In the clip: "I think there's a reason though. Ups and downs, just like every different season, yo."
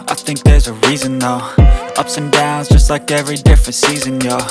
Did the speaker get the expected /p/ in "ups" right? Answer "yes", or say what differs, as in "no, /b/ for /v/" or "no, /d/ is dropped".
yes